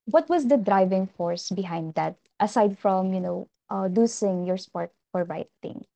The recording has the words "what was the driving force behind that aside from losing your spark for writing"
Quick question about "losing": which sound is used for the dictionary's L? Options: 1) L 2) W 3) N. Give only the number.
3